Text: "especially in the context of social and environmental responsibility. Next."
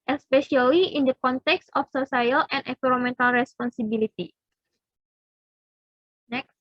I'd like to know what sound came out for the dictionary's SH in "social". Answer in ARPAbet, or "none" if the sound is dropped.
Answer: S